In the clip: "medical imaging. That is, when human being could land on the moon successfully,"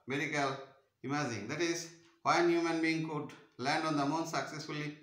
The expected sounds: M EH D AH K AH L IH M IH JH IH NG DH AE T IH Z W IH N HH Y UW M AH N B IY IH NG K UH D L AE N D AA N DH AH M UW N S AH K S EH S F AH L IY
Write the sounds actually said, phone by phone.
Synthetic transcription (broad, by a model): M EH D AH K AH L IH M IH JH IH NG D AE T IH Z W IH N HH Y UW M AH N B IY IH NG K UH D L AE N D AA N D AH M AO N S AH K S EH S F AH L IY